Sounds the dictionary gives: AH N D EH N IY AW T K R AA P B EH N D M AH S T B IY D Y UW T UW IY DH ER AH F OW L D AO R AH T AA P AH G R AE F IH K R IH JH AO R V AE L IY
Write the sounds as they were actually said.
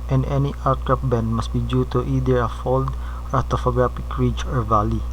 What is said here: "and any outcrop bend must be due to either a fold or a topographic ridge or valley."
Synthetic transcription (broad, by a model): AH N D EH N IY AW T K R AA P B EH N D M AH S T B IY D Y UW T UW IY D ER AH F OW L D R AH T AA F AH G R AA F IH K R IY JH AO R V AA L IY